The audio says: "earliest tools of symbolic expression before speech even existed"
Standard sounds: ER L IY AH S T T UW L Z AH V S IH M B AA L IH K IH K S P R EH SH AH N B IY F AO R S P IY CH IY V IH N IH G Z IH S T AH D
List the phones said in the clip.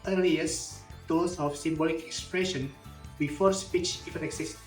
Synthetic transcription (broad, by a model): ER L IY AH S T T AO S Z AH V S IH M B AA L IH K IH K S P R EH SH AH N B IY F AO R S P IY CH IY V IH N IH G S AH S